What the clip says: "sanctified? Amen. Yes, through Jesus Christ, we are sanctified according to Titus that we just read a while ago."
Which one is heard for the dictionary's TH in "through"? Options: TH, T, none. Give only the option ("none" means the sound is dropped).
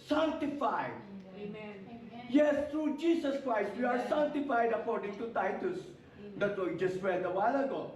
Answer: T